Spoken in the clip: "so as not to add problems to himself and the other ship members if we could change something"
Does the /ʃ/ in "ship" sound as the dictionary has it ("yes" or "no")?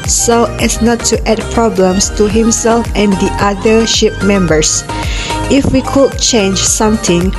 yes